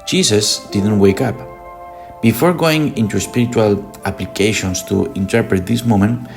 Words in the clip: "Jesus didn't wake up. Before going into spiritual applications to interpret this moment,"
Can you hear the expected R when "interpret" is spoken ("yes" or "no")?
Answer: yes